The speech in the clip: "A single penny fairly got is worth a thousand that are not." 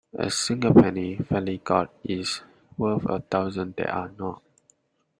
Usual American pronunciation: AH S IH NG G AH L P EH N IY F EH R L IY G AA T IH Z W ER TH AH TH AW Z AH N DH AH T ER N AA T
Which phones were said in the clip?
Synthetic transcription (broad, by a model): AH S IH NG G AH P EH N IY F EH L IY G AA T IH S W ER F AH T AW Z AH N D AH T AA N AA T